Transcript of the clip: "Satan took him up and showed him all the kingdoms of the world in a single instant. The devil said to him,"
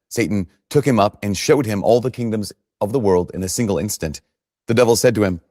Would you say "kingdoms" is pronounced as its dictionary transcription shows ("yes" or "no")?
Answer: yes